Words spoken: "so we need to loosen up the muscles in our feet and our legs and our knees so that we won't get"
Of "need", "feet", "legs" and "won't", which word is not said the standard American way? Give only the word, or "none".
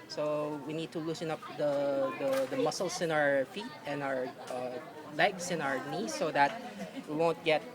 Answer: legs